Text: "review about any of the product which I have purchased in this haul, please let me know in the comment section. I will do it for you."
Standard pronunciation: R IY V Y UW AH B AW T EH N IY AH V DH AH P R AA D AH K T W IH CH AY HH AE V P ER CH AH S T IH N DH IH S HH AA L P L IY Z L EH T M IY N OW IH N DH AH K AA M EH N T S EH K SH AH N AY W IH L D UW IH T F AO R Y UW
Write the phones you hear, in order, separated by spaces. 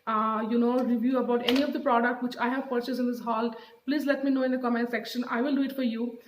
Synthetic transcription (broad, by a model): R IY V Y UW AH B AW T EH N IY AH V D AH P R AA D AH K T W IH CH AY HH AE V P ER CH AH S IH N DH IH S HH AA L P L IY Z L EH T M IY N OW IH N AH K AA M EH N T S EH K SH AH N AY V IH L D UW IH T F AO R Y UW